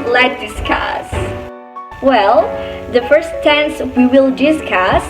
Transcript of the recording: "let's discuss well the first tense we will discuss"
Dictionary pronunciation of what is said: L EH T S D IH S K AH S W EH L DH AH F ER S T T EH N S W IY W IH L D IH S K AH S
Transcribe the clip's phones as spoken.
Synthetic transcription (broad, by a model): L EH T D IH S K AH S W EH L DH AH F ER S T T EH N S W IY W IH L D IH S K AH S